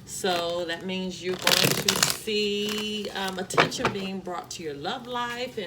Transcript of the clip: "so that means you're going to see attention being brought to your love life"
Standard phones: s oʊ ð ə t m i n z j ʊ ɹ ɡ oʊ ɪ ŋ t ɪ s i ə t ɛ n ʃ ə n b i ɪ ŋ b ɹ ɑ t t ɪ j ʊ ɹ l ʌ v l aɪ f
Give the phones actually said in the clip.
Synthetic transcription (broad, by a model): s oʊ ð ə t m i n z j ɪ ɡ oʊ ɪ ŋ t ɪ s i ə t ɛ n ʃ ə n b i ɪ ŋ b ɹ ɑ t t ɪ j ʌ ɹ l ʌ v l aɪ f